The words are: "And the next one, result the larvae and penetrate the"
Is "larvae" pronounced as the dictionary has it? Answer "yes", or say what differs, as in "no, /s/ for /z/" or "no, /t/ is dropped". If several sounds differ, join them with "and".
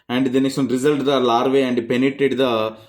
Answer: yes